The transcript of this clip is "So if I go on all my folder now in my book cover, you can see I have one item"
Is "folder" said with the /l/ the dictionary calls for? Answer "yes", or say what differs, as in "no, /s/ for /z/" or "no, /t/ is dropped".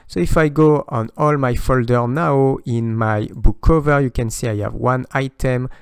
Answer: yes